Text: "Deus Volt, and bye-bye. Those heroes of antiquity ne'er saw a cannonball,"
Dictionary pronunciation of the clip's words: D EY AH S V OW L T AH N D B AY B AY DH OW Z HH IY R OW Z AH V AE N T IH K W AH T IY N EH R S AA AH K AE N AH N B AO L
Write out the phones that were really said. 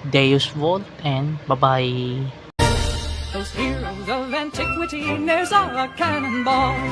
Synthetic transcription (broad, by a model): D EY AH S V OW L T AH N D B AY B AY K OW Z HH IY L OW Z AH V AE N T IH K W AH T IY N EH R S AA AH K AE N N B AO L